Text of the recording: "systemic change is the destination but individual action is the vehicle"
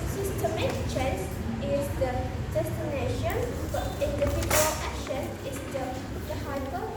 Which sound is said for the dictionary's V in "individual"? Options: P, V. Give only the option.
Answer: P